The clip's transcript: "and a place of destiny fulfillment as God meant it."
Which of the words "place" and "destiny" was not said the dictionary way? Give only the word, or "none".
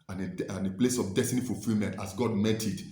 none